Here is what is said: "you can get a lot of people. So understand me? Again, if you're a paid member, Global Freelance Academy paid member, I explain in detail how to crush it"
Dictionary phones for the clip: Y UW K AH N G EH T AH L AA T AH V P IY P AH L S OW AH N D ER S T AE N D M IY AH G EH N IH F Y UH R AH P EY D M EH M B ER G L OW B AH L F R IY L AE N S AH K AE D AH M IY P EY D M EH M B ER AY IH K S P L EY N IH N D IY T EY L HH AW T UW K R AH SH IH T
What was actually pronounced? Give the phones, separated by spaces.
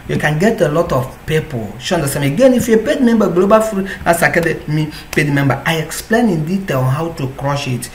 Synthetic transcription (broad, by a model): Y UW K AH N G EH T AH L AA T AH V P IY P AH L SH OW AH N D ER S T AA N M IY AH G EH N IH F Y AH P EY D M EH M B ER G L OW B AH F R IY AA S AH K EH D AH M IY P EY D M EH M B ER AY IH K S P L EY N IH N D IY T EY L HH AW T UW K R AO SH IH T